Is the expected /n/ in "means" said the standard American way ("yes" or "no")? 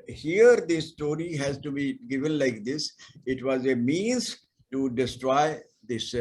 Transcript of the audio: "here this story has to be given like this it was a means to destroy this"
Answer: yes